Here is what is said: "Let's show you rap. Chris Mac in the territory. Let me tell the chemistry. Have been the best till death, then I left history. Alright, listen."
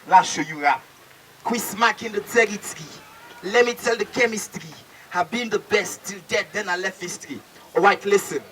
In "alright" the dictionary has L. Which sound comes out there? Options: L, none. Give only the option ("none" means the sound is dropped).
none